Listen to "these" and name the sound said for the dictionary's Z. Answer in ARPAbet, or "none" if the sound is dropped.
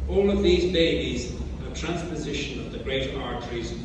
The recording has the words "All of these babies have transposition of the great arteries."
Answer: Z